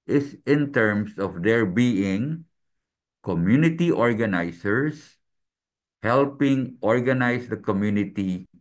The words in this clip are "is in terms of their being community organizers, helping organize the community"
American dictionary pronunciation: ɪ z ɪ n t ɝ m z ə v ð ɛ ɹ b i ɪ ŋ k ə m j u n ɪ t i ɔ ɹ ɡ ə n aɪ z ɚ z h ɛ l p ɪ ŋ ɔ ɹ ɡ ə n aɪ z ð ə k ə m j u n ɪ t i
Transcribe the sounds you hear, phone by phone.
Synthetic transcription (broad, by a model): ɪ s ɪ n t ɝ m s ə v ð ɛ ɹ b i ɪ ŋ k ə m j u n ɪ t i ɔ ɹ ɡ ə n aɪ s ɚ s h ɛ l p ɪ ŋ ɔ ɹ ɡ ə n aɪ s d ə k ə m j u n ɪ t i